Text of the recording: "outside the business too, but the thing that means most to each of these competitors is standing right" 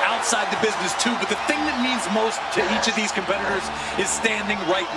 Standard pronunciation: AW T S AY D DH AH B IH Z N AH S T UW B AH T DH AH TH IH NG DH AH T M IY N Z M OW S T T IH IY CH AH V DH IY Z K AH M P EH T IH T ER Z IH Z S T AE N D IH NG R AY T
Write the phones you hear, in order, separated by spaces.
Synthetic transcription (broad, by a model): AW T S AY D DH AH B IH Z N AH S T UW B AH T DH AH TH IH NG DH AH T M IY N Z M OW S T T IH IY CH AH V DH IY Z K AH M P EH T IH T ER Z IH Z S T AE N D IH NG R AY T